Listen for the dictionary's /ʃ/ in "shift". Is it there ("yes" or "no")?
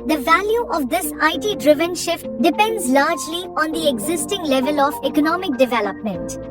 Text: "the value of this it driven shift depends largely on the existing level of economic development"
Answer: yes